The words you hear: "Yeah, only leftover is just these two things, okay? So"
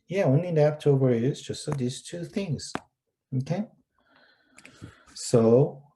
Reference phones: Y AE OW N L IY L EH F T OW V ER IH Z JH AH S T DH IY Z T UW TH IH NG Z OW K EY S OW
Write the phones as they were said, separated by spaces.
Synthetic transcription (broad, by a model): Y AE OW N IY N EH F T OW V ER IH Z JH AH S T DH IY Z T UW TH IH NG Z OW K EY S OW